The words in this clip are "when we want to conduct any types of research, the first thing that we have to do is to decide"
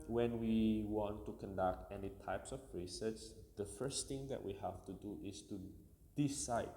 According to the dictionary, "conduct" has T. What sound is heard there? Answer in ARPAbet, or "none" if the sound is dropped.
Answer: T